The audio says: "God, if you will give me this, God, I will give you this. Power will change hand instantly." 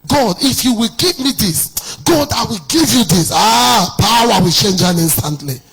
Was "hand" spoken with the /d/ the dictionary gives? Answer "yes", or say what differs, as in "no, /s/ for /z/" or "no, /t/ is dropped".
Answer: no, /d/ is dropped